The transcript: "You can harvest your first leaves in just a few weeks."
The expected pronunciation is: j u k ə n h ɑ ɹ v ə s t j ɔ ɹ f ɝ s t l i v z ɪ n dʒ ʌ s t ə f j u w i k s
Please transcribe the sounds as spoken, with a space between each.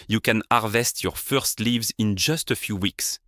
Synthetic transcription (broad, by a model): j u k ə n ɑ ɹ v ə s t j ɔ ɹ f ɝ s t l i v z ɪ n dʒ ʌ s t ə f j u w i k s